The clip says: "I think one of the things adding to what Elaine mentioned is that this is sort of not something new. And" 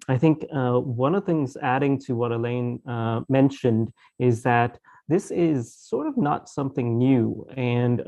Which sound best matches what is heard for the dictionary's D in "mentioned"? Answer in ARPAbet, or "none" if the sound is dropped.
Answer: D